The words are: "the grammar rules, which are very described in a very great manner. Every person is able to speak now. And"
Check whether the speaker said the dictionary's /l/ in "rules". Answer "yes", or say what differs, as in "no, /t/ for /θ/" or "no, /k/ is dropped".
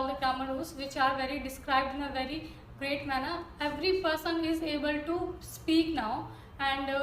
no, /l/ is dropped